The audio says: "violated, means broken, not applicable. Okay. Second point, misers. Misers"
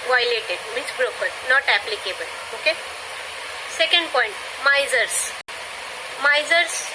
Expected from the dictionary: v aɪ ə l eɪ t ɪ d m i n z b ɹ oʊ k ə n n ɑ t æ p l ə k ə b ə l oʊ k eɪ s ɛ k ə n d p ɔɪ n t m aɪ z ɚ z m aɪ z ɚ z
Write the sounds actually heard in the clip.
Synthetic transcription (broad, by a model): v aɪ l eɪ t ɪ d m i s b ɹ oʊ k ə l n ɑ t æ p l ə k ə b ə l oʊ k eɪ s ɛ k ə n d p ɔɪ n t m aɪ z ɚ s m aɪ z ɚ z